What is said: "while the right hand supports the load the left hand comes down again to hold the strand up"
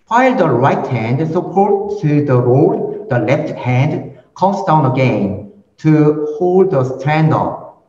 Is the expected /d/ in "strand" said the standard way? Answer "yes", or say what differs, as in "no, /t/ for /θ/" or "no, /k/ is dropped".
yes